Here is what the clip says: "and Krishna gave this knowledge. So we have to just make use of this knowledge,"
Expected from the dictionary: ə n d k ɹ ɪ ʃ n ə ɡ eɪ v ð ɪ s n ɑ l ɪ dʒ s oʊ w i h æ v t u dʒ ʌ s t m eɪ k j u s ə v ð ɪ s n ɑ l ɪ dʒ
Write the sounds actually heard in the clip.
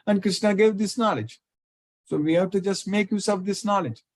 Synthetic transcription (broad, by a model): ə n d k ɹ ɪ ʃ n ə ɡ eɪ v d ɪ s n ɑ l ɪ dʒ s oʊ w i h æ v t u dʒ ʌ s t m eɪ k j u s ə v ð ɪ s n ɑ l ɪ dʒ